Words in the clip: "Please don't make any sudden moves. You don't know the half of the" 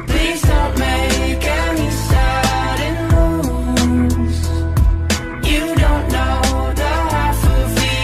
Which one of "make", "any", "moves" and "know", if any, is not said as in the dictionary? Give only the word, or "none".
moves